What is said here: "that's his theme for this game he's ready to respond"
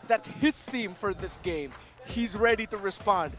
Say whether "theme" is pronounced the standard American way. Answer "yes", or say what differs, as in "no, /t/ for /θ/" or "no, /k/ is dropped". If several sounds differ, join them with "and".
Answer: yes